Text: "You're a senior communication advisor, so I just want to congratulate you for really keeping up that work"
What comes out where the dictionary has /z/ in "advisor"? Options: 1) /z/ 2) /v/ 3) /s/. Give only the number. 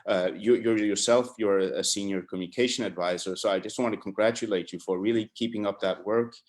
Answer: 1